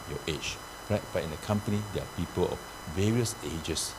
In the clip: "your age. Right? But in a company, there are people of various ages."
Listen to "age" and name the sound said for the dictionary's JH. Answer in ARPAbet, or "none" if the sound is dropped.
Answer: CH